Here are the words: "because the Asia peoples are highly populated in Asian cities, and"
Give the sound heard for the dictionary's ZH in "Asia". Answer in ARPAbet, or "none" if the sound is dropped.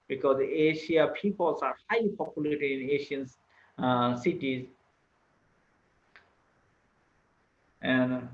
SH